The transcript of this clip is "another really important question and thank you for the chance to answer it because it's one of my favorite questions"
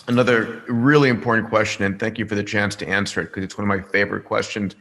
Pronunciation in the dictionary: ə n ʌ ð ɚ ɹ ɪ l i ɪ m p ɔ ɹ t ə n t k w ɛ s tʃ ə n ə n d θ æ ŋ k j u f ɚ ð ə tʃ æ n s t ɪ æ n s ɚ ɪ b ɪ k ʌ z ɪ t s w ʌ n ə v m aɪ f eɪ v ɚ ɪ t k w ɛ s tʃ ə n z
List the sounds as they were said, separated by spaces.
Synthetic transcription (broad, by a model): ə n ʌ ð ɚ ɹ ɪ l i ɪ m p ɔ ɹ t n k w ɛ s tʃ ə n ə n θ æ ŋ k j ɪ f ɚ ð ə tʃ æ n s t ɪ æ n s ɚ ɪ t k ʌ z ɪ t s w ʌ n ə v m aɪ f eɪ v ɚ ɪ t k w ɛ s tʃ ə n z